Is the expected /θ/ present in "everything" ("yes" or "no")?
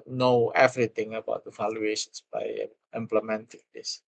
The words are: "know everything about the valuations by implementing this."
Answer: no